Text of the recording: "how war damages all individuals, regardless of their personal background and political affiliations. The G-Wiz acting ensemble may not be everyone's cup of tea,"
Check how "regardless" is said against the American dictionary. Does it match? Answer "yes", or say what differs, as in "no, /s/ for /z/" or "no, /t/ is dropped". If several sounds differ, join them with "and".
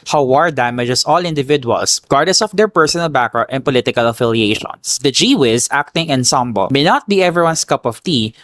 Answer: no, /l/ is dropped